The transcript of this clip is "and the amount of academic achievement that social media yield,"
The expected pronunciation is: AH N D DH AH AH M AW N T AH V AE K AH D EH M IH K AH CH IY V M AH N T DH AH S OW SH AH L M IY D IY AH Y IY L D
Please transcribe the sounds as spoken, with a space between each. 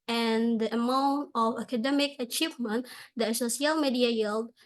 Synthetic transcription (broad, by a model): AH N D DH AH AH M AW N T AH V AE K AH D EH M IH K AH CH IY V M AH N T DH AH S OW S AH L M IY D IY AH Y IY L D